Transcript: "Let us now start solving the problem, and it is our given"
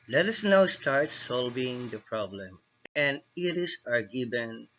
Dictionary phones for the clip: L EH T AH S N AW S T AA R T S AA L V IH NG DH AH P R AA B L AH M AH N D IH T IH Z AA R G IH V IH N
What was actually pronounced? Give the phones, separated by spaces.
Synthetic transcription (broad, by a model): L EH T AH S N AW S T AA R T S AA L V IH NG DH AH P R AA B L AH M AH N D IH T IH S AA R G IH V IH N